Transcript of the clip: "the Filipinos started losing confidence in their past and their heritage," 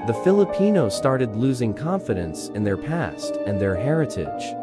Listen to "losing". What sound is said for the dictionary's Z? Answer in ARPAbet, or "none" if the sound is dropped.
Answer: Z